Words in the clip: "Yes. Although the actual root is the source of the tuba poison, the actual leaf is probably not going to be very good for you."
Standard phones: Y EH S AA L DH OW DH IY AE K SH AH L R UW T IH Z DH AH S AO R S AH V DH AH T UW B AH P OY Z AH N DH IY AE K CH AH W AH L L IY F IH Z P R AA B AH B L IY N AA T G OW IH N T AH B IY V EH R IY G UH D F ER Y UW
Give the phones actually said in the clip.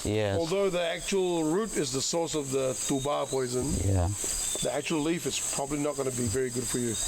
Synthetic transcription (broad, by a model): Y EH AA L DH OW DH IY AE K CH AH L R UW T IH Z DH AH S AO R S AH V DH AH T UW B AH P OY Z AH N DH IY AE K CH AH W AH L L IY F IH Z P R AA B AH B L IY N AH T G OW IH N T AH B IY V EH R IY G UH D F ER Y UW